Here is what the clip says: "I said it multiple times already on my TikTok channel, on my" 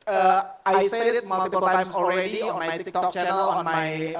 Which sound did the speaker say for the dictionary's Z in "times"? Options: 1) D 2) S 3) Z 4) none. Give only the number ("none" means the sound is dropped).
4